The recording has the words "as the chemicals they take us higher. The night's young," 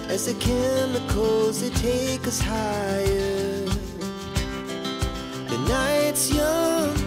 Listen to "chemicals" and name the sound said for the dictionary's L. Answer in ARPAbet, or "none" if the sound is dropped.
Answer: none